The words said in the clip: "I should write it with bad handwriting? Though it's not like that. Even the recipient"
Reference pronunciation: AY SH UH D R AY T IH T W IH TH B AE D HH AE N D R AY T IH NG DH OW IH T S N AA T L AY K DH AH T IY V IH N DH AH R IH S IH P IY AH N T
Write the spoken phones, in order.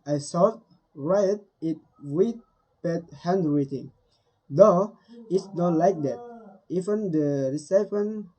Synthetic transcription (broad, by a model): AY S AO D R AY T IH T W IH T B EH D HH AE N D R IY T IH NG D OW IH T S N AA T L AY K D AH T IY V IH N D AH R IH S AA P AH N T